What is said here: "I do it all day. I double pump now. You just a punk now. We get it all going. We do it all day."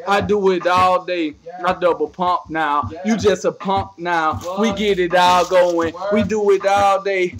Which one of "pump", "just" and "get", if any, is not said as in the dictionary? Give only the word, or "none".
none